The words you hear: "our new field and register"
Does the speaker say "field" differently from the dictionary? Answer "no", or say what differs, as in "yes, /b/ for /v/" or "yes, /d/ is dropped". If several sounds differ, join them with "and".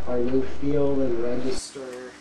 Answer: yes, /d/ is dropped